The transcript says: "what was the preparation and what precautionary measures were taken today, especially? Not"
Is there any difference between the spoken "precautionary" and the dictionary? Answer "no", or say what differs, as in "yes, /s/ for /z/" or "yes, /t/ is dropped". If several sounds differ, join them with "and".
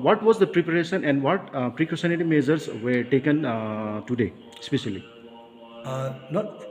yes, /s/ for /ʃ/